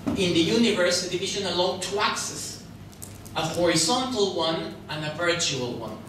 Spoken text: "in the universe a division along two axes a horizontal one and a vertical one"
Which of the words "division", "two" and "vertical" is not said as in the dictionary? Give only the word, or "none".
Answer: vertical